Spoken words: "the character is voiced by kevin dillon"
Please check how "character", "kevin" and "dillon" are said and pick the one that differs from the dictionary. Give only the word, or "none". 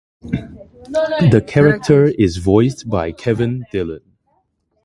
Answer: none